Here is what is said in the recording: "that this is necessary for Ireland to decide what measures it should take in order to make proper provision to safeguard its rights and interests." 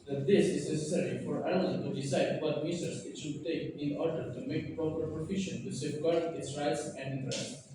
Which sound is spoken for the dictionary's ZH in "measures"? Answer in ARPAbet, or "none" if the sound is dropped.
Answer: S